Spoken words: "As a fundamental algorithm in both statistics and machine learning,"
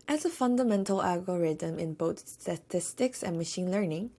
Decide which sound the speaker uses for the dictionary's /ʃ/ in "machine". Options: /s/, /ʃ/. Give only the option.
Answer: /ʃ/